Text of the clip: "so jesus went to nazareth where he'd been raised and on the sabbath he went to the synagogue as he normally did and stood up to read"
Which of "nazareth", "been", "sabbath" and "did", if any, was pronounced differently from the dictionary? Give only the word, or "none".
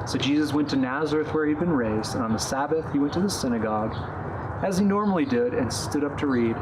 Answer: none